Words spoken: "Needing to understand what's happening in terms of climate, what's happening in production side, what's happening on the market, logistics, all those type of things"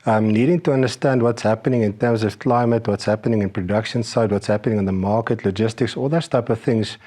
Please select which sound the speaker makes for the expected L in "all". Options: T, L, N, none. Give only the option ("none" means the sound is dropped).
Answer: L